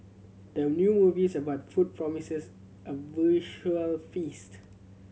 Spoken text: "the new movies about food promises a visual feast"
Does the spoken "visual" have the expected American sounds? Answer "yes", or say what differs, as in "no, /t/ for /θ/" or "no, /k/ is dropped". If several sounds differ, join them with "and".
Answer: no, /ʃ/ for /ʒ/